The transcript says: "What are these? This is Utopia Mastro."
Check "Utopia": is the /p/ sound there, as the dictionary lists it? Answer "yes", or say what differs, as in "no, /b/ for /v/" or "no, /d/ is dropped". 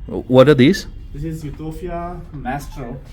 no, /f/ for /p/